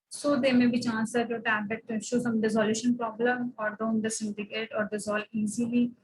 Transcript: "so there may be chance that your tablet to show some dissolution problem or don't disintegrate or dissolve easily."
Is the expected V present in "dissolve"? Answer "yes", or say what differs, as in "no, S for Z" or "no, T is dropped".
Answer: no, V is dropped